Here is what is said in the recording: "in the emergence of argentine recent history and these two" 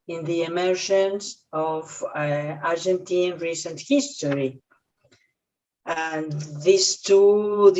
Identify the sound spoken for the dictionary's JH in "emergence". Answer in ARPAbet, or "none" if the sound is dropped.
SH